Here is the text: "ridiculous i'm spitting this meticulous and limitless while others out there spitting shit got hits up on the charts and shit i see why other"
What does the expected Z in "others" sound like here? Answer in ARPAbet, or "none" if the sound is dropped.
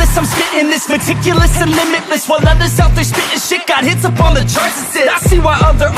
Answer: S